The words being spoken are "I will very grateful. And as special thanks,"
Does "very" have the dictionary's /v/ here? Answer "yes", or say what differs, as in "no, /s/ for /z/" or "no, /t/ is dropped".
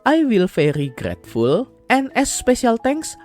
no, /f/ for /v/